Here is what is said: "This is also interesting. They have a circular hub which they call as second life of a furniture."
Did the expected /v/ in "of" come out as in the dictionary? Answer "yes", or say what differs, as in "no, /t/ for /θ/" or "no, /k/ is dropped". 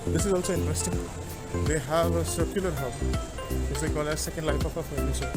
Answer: no, /p/ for /v/